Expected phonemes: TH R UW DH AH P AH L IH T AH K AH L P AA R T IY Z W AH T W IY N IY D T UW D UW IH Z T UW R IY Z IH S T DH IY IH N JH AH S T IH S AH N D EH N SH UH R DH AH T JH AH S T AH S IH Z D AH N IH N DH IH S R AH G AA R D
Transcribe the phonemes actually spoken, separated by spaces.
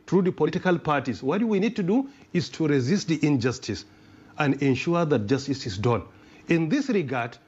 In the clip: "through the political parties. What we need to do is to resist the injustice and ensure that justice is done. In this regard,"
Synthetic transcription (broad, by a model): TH R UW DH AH P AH L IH T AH K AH L P AA R T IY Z W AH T W IY N IY D T UW D UW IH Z T UW R IY Z IH S T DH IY IH N JH AH S T IH S AH N D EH N SH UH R DH AH T JH AH S T AH S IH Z D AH N IH N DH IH S R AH G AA R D